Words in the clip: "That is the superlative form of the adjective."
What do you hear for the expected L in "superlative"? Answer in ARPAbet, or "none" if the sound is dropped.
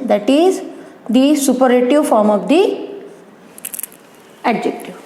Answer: none